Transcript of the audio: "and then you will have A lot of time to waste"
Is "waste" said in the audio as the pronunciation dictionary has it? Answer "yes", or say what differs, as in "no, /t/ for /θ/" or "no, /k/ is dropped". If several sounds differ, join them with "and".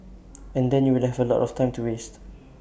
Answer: yes